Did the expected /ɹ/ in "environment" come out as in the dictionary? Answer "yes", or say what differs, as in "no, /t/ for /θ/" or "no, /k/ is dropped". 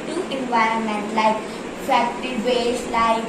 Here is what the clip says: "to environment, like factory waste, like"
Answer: yes